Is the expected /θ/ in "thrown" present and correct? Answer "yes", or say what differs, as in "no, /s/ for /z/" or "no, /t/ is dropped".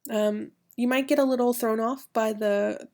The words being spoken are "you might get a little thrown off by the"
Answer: yes